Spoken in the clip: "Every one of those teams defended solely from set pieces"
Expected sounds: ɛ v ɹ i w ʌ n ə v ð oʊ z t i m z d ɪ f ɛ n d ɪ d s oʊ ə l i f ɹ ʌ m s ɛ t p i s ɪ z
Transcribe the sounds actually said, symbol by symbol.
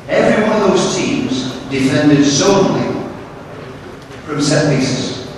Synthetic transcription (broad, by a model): ɛ v ɹ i w ʌ n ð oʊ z t i m z d ɪ f ɛ n d ɪ d s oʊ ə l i f ɹ ʌ m s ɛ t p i s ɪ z